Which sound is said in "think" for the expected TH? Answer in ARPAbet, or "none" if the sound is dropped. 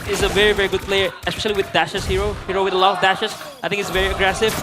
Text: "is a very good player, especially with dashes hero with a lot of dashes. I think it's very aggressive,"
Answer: T